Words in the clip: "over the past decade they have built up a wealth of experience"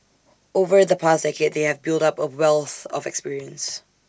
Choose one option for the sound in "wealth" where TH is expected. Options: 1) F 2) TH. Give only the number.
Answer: 2